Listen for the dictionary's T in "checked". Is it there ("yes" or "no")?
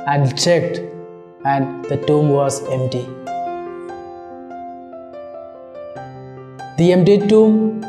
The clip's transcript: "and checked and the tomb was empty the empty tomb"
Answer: yes